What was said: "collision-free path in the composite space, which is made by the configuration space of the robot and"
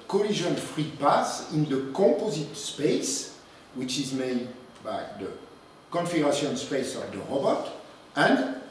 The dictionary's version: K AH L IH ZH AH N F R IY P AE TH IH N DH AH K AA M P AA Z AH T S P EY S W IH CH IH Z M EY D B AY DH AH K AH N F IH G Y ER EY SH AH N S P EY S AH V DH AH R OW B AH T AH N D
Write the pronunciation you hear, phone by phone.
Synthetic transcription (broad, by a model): K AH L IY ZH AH N F R IY P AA S IH N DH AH K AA P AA Z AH T S P EY S W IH CH IH Z M EY D B AY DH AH K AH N F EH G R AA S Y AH N S P EY S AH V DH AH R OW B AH T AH N D